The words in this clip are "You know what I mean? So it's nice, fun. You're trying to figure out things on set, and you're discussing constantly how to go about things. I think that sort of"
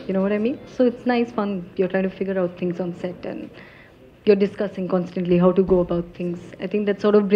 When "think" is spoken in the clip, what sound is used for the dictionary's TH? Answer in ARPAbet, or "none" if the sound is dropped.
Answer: T